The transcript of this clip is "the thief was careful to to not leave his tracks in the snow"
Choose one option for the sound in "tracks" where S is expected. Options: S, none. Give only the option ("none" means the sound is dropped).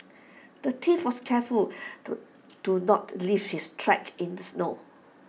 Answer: none